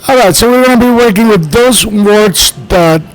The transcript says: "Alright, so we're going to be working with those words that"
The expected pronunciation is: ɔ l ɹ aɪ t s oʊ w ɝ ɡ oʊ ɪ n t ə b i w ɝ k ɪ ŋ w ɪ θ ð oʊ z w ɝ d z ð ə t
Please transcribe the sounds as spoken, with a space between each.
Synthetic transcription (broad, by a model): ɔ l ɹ aɪ t s oʊ w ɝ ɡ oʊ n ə b i w ɝ k ɪ ŋ w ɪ ð oʊ z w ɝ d s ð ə t